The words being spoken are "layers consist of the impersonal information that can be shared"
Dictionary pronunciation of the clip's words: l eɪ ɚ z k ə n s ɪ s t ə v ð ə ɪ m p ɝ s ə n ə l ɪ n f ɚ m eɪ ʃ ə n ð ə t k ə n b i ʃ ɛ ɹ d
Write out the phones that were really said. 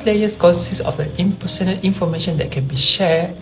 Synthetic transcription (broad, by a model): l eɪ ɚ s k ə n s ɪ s ə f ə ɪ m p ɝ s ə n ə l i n f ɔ m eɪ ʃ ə n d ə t k ə n b i ʃ ɛ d